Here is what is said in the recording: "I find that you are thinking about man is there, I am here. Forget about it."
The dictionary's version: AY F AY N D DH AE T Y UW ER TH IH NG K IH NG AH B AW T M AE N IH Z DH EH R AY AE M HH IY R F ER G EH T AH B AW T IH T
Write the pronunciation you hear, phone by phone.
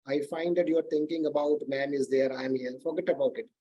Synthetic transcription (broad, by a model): AY F AY N D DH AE T Y UW ER T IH NG K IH NG AH B AW T M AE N IH Z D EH R AY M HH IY L F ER G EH T AH B AW T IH T